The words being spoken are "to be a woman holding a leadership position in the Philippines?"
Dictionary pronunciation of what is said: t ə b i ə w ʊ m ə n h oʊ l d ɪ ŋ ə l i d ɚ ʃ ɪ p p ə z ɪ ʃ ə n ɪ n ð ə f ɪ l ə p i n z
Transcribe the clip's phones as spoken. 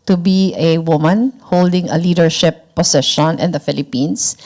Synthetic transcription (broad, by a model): t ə b i ə w ʊ m ə n h oʊ l d ɪ ŋ ə l i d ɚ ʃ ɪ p p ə s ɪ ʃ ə n ɪ n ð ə f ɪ l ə p i n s